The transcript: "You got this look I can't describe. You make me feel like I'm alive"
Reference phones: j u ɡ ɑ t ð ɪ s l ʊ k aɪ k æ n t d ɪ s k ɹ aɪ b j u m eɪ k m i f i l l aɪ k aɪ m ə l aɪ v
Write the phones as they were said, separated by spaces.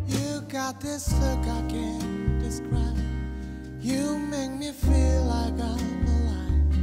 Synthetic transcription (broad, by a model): j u ɡ ɑ t ð ɪ s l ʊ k aɪ k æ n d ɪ s k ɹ aɪ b j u m eɪ k m i f i l l aɪ k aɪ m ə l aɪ